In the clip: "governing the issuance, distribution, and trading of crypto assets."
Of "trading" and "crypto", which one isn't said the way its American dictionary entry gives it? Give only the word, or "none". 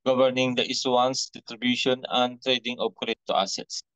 crypto